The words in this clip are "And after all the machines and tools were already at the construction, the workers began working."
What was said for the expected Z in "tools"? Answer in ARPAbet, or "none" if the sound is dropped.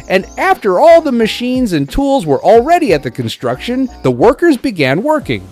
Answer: Z